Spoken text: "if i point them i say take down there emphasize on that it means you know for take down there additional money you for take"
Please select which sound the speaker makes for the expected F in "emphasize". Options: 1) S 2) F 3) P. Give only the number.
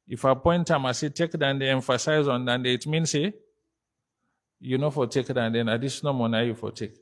2